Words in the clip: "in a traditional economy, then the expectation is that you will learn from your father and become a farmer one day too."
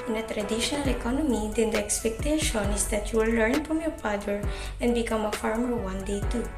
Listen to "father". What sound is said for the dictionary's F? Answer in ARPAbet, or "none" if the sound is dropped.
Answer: P